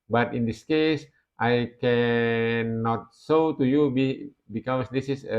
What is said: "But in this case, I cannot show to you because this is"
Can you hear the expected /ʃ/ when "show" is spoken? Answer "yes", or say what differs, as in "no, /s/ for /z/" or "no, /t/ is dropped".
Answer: no, /s/ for /ʃ/